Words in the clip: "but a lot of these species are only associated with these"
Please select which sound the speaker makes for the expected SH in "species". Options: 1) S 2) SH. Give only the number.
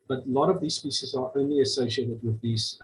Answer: 1